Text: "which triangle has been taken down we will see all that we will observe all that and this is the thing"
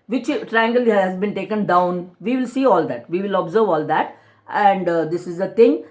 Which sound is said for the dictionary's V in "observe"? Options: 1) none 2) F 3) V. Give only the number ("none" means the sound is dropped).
3